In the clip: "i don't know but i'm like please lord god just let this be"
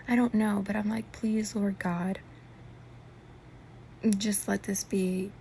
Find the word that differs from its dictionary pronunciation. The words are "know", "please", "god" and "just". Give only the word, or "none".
none